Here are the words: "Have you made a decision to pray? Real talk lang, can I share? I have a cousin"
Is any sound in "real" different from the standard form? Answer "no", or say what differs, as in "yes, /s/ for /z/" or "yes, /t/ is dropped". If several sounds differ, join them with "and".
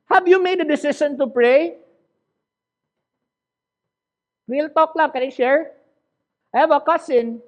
yes, /w/ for /ɹ/